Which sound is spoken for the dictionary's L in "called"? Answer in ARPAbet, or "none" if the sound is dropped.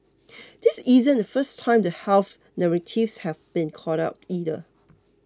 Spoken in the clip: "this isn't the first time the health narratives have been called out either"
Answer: none